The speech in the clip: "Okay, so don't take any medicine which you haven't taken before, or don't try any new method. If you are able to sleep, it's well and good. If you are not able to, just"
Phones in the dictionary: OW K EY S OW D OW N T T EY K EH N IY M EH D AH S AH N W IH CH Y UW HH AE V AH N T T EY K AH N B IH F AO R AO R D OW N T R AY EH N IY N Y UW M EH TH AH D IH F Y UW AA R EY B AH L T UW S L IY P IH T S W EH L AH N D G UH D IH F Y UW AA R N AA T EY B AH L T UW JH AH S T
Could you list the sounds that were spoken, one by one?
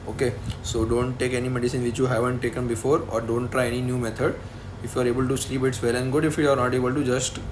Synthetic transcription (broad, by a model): OW K EY S OW D OW N T T EY K EH N IY M EH D AH S AH N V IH CH Y UW HH AE V AH N T T EY K AH N B IH F AO R AO R D OW N T R AY EH N IY N Y UW M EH T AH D IH F Y UW AA R EY B AH L T UW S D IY B IH T S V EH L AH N G UH D IH F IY AA R N AA T EY B AH L T UW JH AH S T